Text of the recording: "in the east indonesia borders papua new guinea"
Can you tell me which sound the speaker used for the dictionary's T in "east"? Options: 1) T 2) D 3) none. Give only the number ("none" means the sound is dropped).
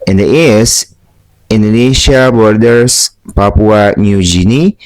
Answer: 3